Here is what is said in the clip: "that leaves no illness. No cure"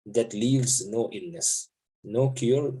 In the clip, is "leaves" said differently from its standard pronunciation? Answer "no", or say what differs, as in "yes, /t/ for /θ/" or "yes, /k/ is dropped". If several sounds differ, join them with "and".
no